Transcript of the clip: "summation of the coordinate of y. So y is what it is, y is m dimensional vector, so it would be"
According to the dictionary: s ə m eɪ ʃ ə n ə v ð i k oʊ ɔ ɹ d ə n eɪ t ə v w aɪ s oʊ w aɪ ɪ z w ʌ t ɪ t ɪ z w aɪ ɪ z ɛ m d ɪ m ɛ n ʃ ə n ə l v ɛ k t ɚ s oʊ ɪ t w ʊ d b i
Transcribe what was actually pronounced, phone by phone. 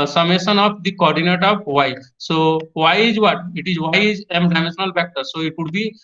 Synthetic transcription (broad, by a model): s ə m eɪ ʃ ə n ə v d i k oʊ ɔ ɹ d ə n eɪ t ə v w aɪ s oʊ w aɪ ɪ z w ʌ t ɪ t ɪ z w aɪ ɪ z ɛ m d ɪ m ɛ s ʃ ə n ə l b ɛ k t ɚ s oʊ ɪ t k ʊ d b i